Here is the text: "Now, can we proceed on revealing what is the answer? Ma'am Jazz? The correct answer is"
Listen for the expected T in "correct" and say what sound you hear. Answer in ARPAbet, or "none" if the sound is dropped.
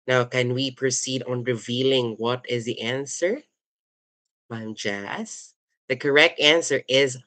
T